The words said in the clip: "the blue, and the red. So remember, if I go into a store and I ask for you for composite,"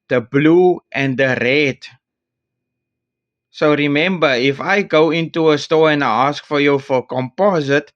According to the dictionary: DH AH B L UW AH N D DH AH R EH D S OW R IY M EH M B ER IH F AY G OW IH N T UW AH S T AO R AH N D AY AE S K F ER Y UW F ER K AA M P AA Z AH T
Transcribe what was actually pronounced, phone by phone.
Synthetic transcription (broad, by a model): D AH B L UW AH N D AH R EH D S OW R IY M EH M B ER IH F AY G OW IH N T UW AH S T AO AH N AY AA S K F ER Y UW F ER K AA M P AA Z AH T